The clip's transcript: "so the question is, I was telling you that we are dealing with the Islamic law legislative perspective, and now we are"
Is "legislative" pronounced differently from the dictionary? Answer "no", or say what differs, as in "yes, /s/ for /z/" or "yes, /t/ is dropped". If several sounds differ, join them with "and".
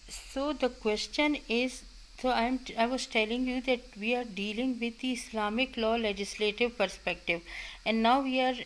no